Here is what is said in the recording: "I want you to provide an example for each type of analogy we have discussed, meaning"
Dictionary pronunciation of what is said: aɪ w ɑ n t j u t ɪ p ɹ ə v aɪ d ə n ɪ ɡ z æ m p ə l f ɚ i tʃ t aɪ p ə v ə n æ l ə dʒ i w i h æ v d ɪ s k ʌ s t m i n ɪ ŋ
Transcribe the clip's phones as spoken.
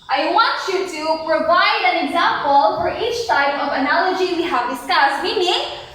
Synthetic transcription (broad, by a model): aɪ w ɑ n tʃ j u t ɪ p ɹ ə v aɪ d ə n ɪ ɡ z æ m p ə l f ɚ i tʃ s aɪ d ə v ə n æ l ə dʒ i w i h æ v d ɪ s k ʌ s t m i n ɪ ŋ